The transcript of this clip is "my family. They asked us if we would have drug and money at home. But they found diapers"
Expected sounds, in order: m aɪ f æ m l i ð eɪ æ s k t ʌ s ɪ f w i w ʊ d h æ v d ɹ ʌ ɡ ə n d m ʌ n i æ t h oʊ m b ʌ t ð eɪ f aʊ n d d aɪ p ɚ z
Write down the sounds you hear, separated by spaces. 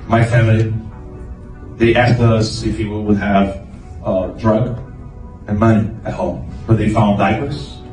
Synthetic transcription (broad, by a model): m aɪ f æ m l i ð eɪ æ s k t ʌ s ɪ f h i w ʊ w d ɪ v d ɹ ʌ ɡ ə n m ʌ n i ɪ t h oʊ m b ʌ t ð eɪ f aʊ n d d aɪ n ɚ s